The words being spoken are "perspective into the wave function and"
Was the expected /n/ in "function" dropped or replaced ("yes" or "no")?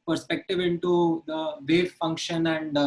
no